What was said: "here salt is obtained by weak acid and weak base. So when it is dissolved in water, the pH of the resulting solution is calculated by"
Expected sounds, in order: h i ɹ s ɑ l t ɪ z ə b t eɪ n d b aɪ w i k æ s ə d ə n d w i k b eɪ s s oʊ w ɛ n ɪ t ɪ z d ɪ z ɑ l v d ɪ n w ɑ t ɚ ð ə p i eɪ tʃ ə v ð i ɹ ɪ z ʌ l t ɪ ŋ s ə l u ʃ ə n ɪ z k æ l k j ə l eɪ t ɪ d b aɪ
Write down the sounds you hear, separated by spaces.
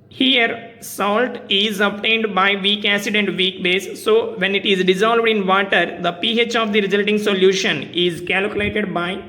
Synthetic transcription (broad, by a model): h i ɹ s ɑ l t ɪ z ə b t eɪ n d b aɪ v i k æ s ə d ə n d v i k b eɪ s s oʊ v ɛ n ɪ t ɪ z d ɪ z ɑ l v d ɪ n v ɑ t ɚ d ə p i eɪ tʃ ə v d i ɹ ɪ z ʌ l t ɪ ŋ s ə l u ʃ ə n ɪ z k æ l k j ə l eɪ t ɪ d b aɪ